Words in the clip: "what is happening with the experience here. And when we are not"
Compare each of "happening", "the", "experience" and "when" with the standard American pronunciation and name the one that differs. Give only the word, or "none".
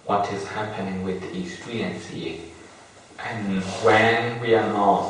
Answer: experience